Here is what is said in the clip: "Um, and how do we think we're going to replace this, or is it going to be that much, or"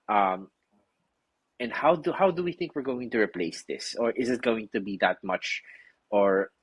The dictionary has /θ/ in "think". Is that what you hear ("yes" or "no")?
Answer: yes